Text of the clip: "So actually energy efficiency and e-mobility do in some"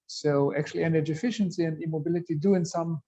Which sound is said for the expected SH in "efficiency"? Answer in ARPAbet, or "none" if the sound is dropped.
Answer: SH